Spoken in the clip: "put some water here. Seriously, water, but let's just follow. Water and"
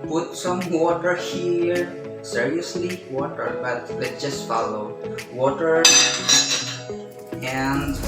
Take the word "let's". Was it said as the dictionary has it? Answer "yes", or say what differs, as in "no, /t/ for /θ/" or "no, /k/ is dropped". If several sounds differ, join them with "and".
no, /s/ is dropped